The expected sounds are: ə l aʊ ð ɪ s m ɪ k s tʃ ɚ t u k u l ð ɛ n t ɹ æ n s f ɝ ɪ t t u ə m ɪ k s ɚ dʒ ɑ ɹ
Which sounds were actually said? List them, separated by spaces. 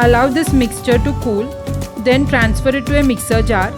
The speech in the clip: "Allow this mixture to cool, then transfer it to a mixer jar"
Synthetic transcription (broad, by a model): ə l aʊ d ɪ s m ɪ k s tʃ ɚ t u k u l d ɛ n t ɹ æ n s f ɝ ɪ t t u ə m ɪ k s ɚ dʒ ɑ ɹ